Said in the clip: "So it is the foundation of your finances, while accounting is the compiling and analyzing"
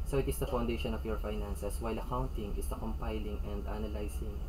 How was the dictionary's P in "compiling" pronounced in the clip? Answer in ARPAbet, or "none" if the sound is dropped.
P